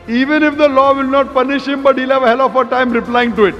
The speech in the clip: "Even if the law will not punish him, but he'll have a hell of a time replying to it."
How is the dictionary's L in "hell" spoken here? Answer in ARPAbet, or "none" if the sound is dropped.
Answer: L